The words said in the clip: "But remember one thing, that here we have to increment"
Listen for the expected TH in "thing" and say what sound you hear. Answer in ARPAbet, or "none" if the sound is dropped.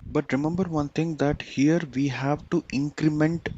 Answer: T